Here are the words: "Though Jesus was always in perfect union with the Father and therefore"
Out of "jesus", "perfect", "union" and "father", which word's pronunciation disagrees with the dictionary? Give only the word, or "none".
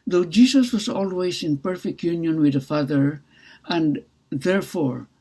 jesus